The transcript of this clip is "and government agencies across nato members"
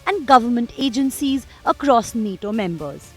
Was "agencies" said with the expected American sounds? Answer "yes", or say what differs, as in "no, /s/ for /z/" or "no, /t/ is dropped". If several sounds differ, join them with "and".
yes